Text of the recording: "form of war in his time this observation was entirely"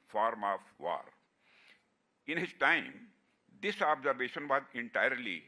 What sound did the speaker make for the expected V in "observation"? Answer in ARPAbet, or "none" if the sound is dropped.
V